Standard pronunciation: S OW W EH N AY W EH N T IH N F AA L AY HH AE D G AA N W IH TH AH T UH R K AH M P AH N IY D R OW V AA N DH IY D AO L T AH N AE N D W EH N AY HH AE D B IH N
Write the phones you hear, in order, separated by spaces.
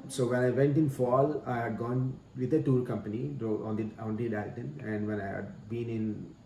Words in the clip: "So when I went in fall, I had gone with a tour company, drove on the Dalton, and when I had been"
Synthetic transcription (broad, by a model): S OW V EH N AY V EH N T IH N F AA L AY HH AE D G AA N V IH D AH T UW R K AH M P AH N IY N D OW AA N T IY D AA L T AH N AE N D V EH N AY HH AE D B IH N